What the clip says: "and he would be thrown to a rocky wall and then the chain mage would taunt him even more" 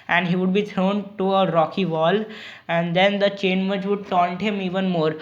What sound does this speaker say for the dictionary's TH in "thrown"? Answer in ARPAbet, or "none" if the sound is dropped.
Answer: T